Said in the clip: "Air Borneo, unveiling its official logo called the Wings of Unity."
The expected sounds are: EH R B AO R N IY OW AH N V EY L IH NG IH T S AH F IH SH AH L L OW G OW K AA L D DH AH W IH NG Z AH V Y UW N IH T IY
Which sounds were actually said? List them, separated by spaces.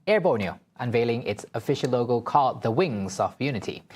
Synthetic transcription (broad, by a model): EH R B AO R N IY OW AH N V EY L IH NG IH T S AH F IH SH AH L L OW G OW K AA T DH AH W IH NG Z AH F Y UW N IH T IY